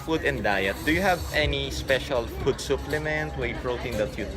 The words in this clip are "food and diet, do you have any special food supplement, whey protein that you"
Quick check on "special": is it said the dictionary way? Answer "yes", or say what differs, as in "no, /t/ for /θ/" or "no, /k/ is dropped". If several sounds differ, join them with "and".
yes